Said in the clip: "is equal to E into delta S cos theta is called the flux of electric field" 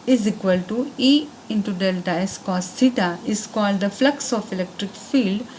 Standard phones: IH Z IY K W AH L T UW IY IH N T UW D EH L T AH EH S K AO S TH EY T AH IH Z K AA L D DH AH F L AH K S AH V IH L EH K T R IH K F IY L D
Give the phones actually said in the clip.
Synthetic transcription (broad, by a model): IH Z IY K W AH L T UW IY IH N T UW D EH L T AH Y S K AO S T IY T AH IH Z K AA L D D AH F L AH K S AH F IH L EH K T R IH K F IY L D